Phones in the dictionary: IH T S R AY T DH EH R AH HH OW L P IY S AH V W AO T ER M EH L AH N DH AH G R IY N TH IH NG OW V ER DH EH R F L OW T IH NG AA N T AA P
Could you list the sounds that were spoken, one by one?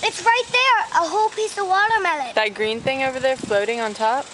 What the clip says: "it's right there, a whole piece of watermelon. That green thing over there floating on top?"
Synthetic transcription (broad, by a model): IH T S R AY T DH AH R AH HH OW L P IY S AH V W AO T ER M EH L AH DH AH G R IY N TH IH NG OW V ER DH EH R F L OW T IH NG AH N T AA P